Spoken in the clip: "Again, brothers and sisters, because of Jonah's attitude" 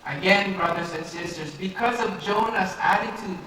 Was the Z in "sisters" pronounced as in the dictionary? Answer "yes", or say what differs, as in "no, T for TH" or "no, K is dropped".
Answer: yes